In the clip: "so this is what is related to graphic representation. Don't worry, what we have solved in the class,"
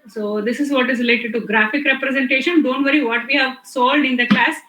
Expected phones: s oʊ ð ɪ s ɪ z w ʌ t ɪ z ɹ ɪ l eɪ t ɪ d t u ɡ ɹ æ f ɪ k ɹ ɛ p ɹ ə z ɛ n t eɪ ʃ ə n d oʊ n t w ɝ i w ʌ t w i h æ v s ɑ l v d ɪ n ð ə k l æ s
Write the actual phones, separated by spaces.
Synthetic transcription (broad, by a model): s oʊ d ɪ s ɪ z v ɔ t ɪ z ɹ ɪ l eɪ t ɪ d t u ɡ ɹ æ f ɪ k ɹ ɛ p ɹ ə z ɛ n t eɪ ʃ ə n d oʊ n t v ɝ i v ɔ t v i h æ v s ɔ l d ɪ n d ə k l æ s